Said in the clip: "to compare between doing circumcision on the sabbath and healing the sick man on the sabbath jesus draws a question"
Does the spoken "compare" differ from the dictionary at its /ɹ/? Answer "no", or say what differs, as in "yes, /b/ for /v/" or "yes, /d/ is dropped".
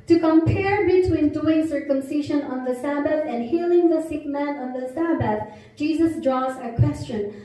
no